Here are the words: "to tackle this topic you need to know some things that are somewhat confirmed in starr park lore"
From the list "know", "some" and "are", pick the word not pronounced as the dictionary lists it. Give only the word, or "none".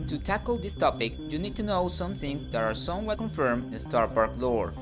none